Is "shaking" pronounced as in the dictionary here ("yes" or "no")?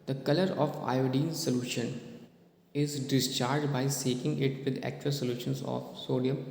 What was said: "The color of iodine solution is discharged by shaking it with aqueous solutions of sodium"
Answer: no